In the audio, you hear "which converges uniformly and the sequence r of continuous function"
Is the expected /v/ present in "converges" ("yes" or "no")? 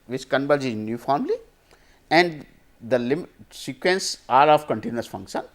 no